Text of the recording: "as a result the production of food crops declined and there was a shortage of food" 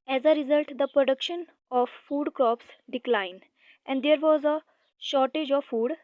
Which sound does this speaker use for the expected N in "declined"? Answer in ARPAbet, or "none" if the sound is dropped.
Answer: N